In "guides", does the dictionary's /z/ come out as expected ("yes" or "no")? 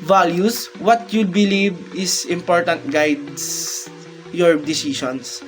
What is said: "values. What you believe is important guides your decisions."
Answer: no